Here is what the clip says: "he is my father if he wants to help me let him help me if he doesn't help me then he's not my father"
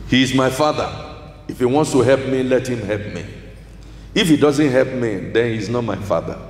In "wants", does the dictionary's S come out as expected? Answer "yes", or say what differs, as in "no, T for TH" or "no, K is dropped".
yes